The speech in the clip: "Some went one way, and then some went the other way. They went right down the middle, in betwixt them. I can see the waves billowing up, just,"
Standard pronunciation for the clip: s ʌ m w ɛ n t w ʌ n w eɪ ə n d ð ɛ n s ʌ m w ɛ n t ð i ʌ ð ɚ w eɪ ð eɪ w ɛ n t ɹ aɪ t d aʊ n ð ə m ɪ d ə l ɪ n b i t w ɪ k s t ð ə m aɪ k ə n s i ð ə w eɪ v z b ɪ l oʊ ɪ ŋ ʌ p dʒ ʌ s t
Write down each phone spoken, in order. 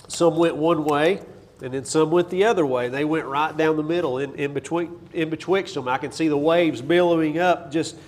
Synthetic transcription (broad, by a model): s ʌ m w ɛ n t w ʌ n w eɪ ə n ð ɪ n s ʌ m w ɛ n ð i ʌ ð ɚ w eɪ ð eɪ w ɛ n t ɹ aɪ t d aʊ n ð ə m ɪ d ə n ɪ n b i t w ɪ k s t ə m aɪ k ə n s i ð ə w eɪ v z b ɪ l oʊ ɪ ŋ ʌ p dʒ ʌ s t